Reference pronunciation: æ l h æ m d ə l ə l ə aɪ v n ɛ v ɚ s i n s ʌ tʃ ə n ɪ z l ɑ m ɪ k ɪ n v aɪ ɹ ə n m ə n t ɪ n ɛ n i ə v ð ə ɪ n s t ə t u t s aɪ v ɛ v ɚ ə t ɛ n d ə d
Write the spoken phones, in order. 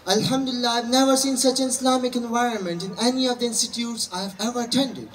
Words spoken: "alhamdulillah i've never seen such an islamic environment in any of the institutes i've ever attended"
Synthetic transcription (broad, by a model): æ l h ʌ m d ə l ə l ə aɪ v n ɛ v ɚ s i n s ʌ tʃ ə n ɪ s l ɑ m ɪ k ɪ n v aɪ ɹ ə n m ə n t ɪ n ɛ n i ə v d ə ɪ n s t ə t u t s aɪ v ɛ v ɚ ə t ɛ n d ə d